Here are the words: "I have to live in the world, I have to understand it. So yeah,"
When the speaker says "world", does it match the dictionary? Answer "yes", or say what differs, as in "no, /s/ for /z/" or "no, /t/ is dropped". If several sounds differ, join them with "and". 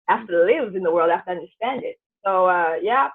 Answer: yes